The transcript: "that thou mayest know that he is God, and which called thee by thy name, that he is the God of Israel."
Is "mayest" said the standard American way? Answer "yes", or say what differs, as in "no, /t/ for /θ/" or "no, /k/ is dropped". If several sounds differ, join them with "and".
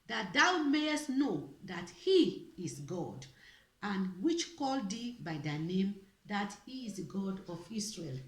yes